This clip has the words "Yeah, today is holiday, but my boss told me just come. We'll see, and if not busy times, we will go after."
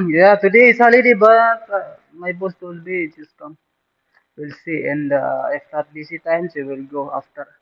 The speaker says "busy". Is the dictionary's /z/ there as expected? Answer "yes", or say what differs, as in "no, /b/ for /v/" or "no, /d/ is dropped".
no, /s/ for /z/